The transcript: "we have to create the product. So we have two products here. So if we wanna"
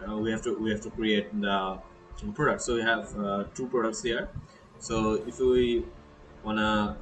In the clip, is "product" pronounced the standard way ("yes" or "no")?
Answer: yes